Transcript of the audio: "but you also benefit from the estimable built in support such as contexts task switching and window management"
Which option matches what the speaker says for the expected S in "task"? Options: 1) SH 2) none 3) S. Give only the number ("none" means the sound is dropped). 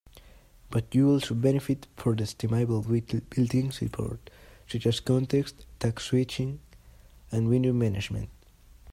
2